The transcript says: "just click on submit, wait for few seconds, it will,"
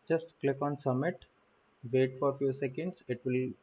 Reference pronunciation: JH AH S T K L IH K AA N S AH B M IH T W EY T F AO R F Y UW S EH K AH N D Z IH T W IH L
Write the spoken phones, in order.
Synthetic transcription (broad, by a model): JH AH S T K L IH K AA N S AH M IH T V EY T F AO R F Y UW S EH K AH N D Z IH T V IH L